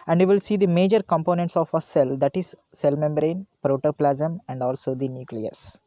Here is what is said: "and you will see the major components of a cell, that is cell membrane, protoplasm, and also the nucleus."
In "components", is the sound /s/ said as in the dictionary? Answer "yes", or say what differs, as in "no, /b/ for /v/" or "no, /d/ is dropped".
yes